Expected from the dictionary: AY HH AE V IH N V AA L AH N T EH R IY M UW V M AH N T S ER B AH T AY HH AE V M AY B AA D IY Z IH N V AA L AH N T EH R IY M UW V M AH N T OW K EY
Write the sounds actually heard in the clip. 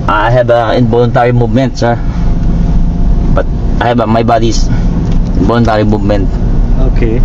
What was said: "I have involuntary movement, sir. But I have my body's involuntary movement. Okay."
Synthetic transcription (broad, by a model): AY HH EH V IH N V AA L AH N T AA R IY M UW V M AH N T S ER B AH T AY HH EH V M AY B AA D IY S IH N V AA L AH N T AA R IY M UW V M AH N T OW K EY